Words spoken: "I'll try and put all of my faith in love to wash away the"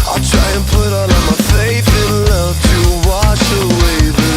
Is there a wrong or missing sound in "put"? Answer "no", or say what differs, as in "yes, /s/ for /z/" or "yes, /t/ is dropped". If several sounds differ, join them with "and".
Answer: no